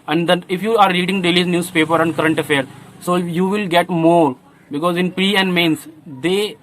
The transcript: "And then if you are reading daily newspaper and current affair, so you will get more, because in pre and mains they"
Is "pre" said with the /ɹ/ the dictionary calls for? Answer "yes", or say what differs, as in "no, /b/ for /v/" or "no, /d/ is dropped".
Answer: yes